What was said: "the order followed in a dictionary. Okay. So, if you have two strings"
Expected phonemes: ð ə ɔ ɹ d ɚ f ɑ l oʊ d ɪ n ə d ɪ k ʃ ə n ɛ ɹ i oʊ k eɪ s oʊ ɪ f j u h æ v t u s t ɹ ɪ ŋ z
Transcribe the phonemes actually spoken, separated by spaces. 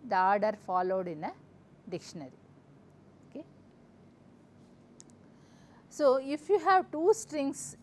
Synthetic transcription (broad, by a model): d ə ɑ ɹ d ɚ f ɑ l oʊ d ɪ n ə d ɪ k ʃ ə n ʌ ɹ i oʊ k eɪ s oʊ ɪ f j u h æ v t u s t ɹ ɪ ŋ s